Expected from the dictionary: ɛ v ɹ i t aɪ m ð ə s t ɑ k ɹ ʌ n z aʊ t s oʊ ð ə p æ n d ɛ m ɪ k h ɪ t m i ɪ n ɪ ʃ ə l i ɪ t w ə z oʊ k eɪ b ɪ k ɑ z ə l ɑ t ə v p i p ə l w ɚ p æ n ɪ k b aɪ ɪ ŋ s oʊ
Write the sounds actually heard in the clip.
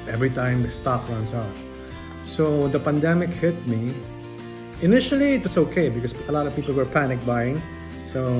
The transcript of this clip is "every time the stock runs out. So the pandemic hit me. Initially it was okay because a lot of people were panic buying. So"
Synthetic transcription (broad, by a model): ɛ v ɹ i t aɪ m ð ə s t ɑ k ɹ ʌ n s aʊ t s oʊ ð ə p æ n d ɛ m ɪ k h ɪ t m i ɪ n ɪ ʃ ə l i ɪ t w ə s oʊ k eɪ b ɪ k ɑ s ə l ɑ t ə v p i p ə l w ɚ p æ n ɪ k b aɪ ɪ ŋ s oʊ